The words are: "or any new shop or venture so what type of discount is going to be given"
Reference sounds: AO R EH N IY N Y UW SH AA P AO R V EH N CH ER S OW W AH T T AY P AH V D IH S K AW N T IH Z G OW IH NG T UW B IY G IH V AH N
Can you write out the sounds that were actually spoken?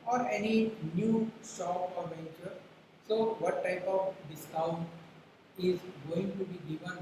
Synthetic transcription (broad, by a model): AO R EH N IY N Y UW S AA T AO R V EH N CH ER S OW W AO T T AY P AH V D IH S K AW N T IH Z G OW IH NG T UW B IY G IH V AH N